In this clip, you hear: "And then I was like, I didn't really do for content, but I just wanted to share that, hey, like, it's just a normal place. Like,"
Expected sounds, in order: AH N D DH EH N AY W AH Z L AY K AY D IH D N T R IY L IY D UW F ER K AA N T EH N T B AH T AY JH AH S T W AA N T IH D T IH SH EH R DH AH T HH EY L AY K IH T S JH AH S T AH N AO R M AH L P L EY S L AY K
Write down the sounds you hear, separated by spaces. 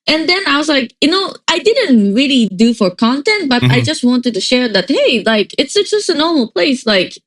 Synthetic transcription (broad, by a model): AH N DH EH N AY W AH Z L AY K AY D IH D N T R IY L IY D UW F ER K AA N T EH N T B AH T AY JH AH S T W AA N T IH D T IH SH EH R DH AH T HH EY L AY K IH T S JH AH S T AH N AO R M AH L P L EY S L AY K